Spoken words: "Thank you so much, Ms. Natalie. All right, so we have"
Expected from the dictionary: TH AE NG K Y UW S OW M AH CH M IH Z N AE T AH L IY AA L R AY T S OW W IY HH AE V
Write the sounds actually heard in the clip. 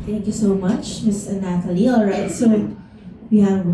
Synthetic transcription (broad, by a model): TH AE NG K Y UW S OW M AH CH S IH N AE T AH L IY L R AY T S OW W IY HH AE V